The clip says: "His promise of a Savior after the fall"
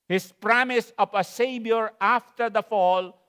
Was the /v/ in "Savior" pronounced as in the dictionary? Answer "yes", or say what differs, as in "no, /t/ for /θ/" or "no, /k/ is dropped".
no, /b/ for /v/